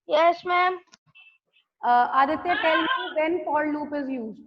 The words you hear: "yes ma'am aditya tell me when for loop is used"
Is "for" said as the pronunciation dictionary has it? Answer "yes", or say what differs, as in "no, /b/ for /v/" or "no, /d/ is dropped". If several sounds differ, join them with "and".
no, /l/ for /ɹ/